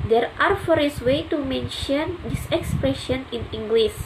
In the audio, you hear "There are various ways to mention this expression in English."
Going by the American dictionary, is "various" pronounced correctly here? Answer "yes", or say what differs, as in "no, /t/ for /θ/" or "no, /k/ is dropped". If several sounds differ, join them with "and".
no, /f/ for /v/